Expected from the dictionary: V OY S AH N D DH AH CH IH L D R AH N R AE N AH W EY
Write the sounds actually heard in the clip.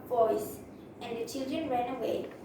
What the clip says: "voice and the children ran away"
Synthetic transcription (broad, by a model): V OY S AH N D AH CH IH L D R AH N R AE N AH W EY